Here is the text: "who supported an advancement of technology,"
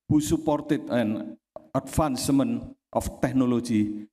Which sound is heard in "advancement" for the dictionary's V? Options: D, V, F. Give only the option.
F